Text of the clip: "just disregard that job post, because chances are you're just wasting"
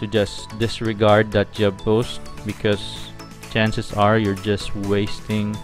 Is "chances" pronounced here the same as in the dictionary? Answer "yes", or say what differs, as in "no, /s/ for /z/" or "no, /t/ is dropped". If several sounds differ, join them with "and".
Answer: no, /s/ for /z/